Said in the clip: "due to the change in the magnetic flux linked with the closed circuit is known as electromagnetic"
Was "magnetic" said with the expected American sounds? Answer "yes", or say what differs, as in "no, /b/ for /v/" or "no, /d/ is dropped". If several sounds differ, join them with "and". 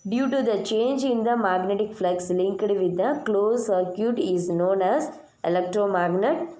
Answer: yes